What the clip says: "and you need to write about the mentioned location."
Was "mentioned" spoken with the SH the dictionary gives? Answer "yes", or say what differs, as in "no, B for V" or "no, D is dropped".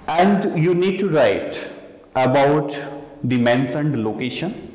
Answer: no, S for SH